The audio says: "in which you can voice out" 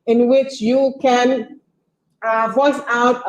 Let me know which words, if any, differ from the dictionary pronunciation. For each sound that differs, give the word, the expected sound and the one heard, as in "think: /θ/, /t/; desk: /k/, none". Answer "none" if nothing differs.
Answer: none